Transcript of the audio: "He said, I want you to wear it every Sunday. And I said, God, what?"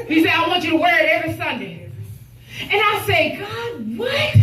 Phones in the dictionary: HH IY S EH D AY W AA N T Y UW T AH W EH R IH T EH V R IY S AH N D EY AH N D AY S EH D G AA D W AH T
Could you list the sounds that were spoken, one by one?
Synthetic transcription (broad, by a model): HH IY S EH AY W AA N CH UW T AH W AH R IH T EH V R IY S AH N D EY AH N AY S EH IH G AA D W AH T